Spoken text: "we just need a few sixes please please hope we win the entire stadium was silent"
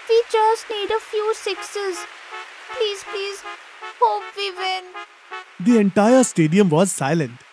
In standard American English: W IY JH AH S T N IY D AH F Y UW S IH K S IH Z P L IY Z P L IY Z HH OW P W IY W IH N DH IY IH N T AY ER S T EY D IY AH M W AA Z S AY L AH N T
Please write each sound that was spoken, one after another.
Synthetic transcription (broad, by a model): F IY CH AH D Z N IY D AH F Y UW S IH K S IH Z P L IY Z P L IY Z HH OW P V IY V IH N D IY IH N T AY ER S T EY D IY AH M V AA Z S AY L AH N T